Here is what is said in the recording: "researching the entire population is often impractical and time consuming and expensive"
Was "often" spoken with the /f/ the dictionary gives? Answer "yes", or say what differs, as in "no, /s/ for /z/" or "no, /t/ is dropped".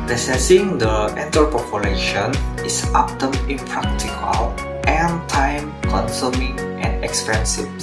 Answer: no, /p/ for /f/